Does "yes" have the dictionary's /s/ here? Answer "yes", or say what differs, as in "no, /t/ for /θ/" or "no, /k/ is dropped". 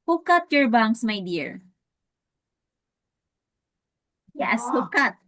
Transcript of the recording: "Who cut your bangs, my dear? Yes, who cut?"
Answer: yes